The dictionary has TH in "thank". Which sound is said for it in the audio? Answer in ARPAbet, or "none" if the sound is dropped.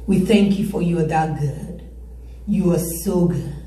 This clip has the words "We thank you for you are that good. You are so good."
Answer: TH